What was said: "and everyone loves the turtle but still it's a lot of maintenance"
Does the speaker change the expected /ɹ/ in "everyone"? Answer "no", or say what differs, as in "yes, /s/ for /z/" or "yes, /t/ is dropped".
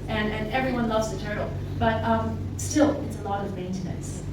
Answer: no